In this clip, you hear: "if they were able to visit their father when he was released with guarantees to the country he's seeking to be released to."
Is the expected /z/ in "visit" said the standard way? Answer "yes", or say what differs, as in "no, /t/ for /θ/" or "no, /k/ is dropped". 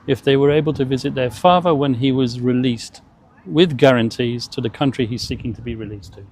yes